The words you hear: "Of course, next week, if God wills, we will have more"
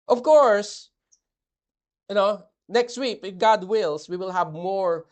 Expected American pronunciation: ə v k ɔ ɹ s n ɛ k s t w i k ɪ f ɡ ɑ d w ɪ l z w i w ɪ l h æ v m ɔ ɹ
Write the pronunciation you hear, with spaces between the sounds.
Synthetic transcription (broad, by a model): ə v k ɔ ɹ s n ɛ k s t w i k ɪ f ɡ ɑ d w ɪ l s w i w ɪ l h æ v m ɔ ɹ